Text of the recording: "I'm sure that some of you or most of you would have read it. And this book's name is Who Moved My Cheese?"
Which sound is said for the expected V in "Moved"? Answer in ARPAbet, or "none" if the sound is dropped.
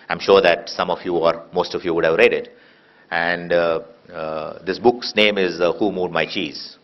none